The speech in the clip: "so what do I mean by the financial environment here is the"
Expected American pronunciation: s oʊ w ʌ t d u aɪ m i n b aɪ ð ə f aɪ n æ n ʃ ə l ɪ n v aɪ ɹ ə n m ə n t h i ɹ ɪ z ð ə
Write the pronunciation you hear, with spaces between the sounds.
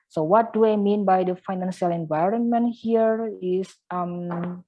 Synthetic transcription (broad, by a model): s oʊ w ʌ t d u aɪ m i n b aɪ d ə f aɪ n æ n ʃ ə l ɪ n v aɪ ɹ ə n m ə n t h i ɹ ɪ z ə